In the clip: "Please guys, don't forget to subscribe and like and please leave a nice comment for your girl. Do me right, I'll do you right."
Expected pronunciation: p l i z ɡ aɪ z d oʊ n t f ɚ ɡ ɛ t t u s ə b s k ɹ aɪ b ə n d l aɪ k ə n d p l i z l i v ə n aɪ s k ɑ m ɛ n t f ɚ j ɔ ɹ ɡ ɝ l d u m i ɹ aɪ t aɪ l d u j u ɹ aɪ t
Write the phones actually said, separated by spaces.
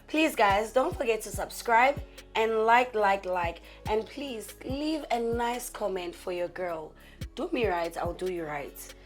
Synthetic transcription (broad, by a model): p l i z ɡ aɪ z d oʊ n t f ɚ ɡ ɛ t t u s ə b s k ɹ aɪ b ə n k l aɪ k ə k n p l i z l i v ə n aɪ s k ɑ m ɛ n t f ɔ j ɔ ɡ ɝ l d u m i ɹ aɪ t aɪ l d u j u ɹ aɪ t